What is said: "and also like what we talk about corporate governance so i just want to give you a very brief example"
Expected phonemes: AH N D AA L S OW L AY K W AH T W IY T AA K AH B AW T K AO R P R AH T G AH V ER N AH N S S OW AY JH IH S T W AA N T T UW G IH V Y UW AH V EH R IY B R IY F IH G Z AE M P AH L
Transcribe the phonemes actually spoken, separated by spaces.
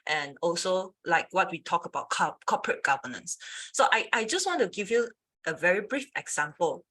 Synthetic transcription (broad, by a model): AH N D AA L S OW L AY K W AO T W IY T AA K AH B AW T K AO P R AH T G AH V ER N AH N S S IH AY JH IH S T W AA N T T UW G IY V Y UW AH V EH R IY B R IY F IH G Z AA M P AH L